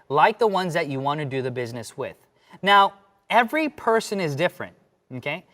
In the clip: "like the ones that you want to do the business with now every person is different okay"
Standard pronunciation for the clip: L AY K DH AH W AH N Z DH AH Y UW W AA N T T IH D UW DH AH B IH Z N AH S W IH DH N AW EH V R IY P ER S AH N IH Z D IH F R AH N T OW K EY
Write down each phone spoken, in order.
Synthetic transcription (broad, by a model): L AY K DH AH W AH N Z DH AH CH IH W AA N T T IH D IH DH AH B IH Z N AH S W IH DH N AW EH V R IY P ER S AH N IH Z D IH F R AH N T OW K EY